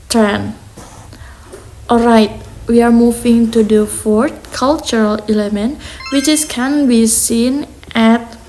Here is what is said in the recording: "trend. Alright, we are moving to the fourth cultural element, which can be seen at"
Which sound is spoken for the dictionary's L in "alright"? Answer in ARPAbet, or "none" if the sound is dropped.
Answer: L